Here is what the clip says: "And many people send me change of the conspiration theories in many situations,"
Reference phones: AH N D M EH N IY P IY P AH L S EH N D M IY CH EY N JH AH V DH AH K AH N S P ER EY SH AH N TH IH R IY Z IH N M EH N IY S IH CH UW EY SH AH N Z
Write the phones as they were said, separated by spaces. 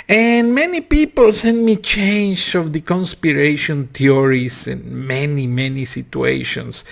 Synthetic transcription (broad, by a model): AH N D M EH N IY P IY P AH L S EH N D M IY CH EY N JH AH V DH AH K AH N S P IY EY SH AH N T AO R IY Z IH N M EH N IY S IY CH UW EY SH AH N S